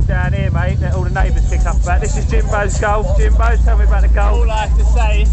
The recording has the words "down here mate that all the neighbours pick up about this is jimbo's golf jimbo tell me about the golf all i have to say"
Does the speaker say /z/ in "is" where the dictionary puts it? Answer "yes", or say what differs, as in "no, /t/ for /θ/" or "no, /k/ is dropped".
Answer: yes